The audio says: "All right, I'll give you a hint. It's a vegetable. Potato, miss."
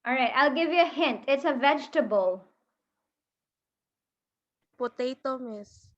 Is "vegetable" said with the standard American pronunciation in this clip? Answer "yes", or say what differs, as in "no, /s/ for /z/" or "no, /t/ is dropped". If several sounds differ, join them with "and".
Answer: yes